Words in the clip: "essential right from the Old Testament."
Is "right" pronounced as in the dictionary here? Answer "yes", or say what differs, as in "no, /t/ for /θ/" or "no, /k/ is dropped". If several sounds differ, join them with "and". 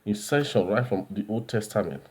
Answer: yes